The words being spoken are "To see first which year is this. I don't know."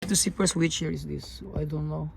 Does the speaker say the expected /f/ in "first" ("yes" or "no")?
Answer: no